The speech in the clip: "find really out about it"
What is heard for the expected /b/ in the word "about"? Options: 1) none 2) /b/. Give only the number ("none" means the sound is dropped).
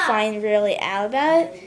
1